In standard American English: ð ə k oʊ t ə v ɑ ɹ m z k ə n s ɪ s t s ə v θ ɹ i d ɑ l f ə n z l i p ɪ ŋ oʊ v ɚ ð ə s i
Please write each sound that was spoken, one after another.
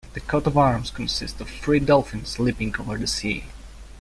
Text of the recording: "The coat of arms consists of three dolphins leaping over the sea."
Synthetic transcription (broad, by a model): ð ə k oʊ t ə v ɑ ɹ m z k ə n s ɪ s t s ə v f ɹ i d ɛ l f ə n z l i p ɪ ŋ oʊ v ɚ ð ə s i